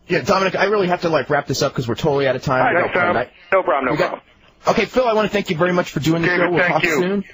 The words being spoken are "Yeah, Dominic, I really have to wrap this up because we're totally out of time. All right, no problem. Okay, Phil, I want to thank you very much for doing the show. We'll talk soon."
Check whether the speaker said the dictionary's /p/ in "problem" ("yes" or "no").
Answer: no